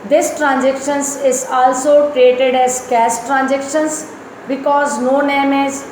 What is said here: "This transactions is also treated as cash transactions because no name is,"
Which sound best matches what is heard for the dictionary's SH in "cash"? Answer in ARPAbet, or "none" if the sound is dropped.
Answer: S